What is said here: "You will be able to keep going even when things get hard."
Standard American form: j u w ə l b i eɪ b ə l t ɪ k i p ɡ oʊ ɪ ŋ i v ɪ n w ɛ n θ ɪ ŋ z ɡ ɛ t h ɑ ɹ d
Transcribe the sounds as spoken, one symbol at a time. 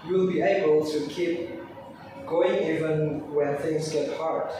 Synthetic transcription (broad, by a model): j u l b i eɪ b ə l t ɪ k i p ɡ oʊ ɪ ŋ i v ɪ n w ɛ n θ ɪ ŋ z ɡ ɛ t h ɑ ɹ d